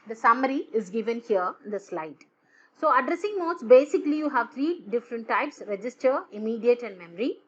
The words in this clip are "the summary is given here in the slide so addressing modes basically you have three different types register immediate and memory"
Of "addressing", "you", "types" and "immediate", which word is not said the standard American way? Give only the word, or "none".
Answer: none